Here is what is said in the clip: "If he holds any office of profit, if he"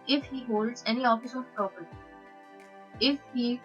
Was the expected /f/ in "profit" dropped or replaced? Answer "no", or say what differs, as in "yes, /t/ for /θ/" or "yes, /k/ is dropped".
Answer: yes, /p/ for /f/